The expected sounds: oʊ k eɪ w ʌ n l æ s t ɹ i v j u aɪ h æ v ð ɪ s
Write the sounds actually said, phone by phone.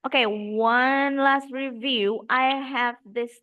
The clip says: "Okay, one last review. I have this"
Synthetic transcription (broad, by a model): oʊ k eɪ w ʌ n l æ s t ɹ i v j u aɪ h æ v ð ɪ s